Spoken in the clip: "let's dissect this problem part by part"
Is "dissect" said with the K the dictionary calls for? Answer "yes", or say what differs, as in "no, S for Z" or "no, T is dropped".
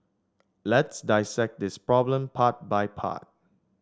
yes